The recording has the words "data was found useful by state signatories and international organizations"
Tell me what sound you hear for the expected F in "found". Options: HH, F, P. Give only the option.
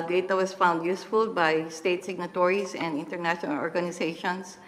F